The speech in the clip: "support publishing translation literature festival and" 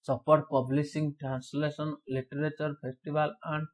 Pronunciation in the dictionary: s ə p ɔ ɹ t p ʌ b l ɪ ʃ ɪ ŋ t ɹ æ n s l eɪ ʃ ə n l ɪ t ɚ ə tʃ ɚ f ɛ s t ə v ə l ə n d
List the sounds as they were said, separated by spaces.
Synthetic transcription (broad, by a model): s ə p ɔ ɹ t p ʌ b l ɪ s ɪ ŋ t ɹ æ n s l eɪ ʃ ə n l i t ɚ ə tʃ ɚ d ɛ s t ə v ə l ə n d